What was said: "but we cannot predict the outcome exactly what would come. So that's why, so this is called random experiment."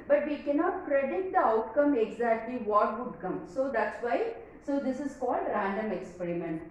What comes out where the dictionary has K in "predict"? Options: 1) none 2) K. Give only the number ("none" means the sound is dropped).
1